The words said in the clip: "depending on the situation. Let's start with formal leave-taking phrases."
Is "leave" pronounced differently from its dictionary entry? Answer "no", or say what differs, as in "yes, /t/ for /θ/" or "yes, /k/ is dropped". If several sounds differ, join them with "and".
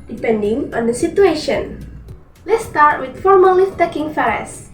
yes, /f/ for /v/